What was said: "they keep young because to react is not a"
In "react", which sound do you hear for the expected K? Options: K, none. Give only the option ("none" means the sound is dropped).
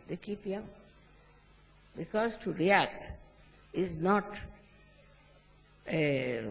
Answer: K